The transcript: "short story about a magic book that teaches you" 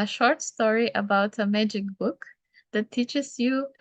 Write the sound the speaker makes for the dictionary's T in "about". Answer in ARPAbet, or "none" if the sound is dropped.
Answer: T